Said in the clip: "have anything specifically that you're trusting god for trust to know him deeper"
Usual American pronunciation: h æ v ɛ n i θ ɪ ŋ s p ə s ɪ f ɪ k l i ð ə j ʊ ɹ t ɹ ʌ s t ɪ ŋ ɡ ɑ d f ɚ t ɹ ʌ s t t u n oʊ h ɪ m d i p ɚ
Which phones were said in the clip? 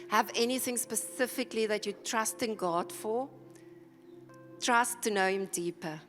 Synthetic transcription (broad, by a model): h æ v ɛ n i θ ɪ ŋ s p ə s ɪ f ɪ k l i ð ə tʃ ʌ t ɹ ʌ s t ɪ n ɡ ɑ d f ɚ t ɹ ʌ s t t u n oʊ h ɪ m d i p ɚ